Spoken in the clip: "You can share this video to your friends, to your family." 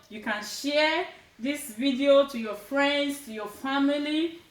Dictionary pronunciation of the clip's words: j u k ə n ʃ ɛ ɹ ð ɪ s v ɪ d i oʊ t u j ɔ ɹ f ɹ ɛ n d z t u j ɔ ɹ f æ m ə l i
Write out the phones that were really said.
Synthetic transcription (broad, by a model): j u k ə n ʃ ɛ ð ɪ s v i d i oʊ t u j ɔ f ɹ ɛ n d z t u j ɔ f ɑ m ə l i